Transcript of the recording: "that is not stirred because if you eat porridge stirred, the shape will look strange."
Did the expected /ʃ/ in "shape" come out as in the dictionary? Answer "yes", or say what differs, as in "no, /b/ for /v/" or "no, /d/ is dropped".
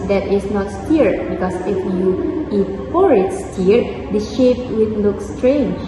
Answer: yes